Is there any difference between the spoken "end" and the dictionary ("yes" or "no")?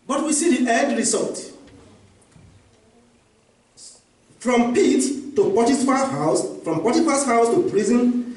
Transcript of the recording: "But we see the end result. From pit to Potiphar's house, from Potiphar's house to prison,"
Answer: yes